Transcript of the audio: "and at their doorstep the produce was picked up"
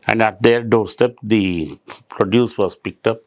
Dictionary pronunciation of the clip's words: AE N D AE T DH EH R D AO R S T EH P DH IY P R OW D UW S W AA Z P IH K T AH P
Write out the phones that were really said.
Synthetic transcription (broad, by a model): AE N D AE T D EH R D AO R S T EH P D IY P R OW D UW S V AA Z P IH K T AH P